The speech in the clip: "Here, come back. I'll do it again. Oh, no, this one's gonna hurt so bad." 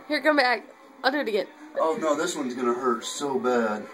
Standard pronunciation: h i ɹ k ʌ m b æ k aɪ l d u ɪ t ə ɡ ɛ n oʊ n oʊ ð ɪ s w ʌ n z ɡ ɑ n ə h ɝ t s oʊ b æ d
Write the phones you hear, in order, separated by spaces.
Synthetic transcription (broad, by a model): h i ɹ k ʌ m b æ k aɪ l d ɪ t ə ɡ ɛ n oʊ n oʊ ð ɪ s w ʌ n z ɡ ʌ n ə h ɝ t s oʊ b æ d